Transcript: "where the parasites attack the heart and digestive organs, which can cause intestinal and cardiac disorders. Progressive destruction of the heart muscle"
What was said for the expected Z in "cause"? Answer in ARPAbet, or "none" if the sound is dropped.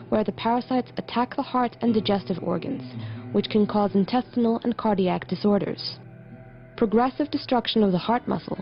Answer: Z